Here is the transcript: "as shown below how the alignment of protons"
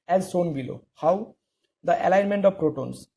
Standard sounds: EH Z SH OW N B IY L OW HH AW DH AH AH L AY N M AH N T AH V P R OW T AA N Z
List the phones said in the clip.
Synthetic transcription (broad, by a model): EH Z S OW N B IY L OW HH AW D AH AH L AY N M AH N T AH V P R OW T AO N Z